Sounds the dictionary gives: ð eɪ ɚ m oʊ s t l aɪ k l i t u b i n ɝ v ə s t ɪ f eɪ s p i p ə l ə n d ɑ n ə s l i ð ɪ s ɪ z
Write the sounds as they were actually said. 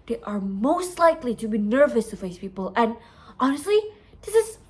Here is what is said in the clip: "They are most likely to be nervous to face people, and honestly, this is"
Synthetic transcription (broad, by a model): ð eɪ ɚ m oʊ s t l aɪ k l i t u b i n ɝ v ə s t ɪ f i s p i p ə l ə n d ɑ n ə s l i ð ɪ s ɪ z